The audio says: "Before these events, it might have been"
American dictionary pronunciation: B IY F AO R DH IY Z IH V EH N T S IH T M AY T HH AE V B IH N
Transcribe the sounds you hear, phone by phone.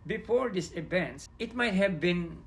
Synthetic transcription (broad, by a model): B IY F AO R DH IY S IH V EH N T S IH T M AY T HH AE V B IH N